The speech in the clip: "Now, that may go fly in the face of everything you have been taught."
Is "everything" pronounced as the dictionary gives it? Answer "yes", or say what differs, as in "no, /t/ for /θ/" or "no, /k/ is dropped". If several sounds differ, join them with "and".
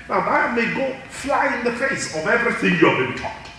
yes